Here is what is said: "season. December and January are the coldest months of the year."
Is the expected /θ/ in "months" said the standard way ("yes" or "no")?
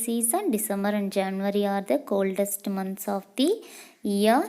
no